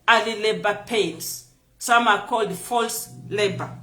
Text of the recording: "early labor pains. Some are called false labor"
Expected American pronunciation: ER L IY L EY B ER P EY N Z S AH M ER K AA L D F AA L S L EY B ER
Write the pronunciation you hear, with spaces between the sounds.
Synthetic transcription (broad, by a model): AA L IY L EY B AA P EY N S S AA M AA K AA L D F AA L S L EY B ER